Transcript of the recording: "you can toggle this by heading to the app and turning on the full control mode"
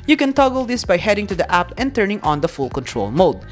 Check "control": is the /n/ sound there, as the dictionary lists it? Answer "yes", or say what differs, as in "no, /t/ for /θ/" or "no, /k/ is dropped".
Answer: yes